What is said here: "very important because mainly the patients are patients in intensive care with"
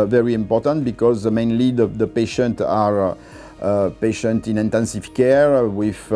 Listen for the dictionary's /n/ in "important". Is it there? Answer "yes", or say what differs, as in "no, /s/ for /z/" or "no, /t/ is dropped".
yes